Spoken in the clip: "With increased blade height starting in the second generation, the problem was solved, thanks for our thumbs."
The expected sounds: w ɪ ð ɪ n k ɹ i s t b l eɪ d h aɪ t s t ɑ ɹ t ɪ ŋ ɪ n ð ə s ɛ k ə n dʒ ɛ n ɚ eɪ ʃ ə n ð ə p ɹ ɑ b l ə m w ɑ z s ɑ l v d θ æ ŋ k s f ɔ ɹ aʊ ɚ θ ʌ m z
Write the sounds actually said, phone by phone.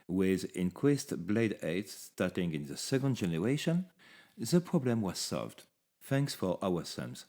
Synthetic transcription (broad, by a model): w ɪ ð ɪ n k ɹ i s t b l eɪ d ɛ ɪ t s t ɑ ɹ t ɪ ŋ ɪ n ð ə s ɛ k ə n dʒ ɛ n ɚ eɪ ʃ ə n ð ə p ɹ ɑ b l ə m w ɑ z s ɑ l v d θ æ ŋ k s f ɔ ɹ aʊ ɚ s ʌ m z